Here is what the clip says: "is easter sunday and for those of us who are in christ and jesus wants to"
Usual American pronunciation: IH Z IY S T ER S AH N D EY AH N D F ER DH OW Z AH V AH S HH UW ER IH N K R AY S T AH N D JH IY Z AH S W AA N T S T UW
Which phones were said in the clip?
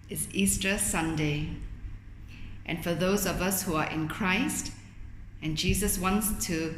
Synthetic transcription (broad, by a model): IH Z IY S T ER S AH N D EY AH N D F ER DH OW Z AH V AH S HH UW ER IH N K R AY S T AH N JH IY Z AH S W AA N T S T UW